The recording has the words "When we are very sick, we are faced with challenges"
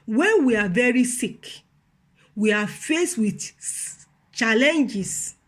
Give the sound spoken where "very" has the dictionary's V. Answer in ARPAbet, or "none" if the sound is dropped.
V